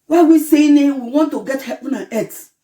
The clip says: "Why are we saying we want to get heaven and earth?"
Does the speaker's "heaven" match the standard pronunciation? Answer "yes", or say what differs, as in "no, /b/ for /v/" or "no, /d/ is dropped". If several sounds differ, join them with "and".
no, /p/ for /v/